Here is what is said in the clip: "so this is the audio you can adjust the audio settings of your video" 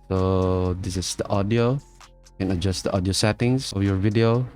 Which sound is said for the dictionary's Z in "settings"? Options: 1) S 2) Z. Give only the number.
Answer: 1